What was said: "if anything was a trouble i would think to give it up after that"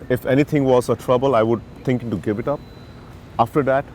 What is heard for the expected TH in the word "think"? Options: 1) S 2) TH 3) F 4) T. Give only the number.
4